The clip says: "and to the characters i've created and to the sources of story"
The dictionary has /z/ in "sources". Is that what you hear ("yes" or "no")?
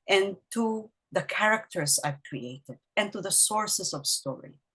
no